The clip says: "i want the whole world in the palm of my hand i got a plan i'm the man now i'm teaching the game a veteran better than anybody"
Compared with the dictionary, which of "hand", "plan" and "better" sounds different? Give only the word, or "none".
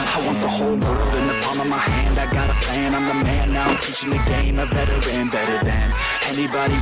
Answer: plan